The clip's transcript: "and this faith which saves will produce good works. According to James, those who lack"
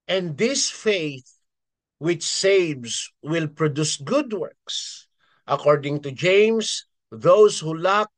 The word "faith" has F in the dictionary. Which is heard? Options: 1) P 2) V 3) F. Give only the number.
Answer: 3